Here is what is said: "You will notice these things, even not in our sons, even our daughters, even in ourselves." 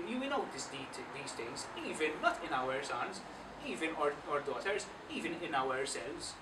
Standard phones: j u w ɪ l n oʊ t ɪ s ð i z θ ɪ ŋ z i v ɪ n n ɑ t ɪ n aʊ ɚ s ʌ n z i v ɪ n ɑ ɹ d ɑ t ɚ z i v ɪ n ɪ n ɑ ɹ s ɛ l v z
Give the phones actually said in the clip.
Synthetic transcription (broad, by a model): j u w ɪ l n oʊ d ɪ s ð i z t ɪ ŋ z i v ɪ n n ɑ t ɪ n aʊ ɚ s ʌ n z i v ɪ n ɑ ɹ d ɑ t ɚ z i v ɪ n ɪ n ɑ ɹ s ɛ l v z